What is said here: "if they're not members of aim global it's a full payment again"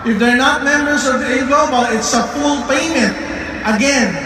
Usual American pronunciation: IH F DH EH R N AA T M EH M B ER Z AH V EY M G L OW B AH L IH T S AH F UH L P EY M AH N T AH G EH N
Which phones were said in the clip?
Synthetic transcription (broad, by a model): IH F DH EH R N AA T M EH M B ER S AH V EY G OW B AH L IH T S AH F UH L P EY M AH N T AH G EH N